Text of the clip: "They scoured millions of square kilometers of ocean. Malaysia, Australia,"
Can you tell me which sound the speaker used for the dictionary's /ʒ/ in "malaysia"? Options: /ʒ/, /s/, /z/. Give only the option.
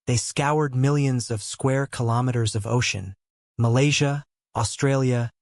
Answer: /ʒ/